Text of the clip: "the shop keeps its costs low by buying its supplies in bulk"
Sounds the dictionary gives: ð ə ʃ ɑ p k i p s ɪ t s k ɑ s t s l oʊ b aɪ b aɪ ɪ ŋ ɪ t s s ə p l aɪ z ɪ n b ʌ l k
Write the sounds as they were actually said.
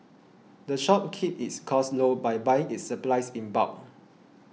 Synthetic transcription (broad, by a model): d ə ʃ ɑ p k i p ɪ t s k ɑ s s l oʊ b aɪ b aɪ ɪ ŋ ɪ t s s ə p l aɪ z ɪ n b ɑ k